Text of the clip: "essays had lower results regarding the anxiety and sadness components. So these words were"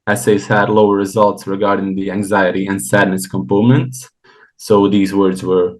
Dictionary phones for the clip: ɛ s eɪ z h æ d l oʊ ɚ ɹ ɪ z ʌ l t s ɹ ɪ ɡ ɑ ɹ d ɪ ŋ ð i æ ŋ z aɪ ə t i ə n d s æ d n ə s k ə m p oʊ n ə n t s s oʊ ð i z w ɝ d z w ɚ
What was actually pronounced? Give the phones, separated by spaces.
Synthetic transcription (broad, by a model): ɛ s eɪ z h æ d l oʊ ɚ ɹ ɪ z ʌ l t s ɹ ɪ ɡ ɑ ɹ d ɪ ŋ ð i æ ŋ z aɪ ə t i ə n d s æ d n ə s k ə m p oʊ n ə n t s s oʊ ð i z w ɝ d z w ɚ